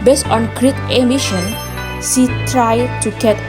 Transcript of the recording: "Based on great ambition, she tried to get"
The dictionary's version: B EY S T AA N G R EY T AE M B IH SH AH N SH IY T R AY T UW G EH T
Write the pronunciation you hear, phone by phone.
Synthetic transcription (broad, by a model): B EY S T AA N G R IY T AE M IH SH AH N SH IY T R AY T UW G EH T